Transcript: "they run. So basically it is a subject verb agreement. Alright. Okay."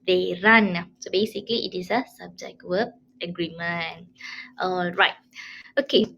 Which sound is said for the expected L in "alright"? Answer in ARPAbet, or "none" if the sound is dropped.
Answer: L